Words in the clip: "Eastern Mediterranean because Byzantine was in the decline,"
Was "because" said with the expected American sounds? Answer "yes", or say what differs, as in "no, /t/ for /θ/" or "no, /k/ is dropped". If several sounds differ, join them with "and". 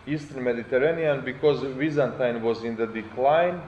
yes